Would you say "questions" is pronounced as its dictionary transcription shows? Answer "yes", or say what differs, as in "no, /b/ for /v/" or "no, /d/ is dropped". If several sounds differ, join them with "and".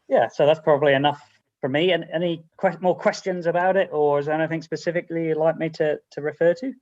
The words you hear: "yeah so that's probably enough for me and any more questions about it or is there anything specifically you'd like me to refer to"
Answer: yes